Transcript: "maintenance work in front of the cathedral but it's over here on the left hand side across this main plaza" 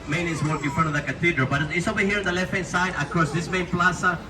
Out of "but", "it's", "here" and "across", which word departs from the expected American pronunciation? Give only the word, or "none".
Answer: across